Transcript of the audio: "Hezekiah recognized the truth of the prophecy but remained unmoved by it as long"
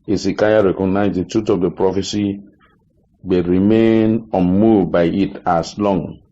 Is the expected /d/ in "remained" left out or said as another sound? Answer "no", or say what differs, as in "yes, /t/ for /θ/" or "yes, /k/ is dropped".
yes, /d/ is dropped